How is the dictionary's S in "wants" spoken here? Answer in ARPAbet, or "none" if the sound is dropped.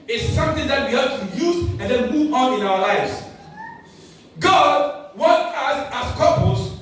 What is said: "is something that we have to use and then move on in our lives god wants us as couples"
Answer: none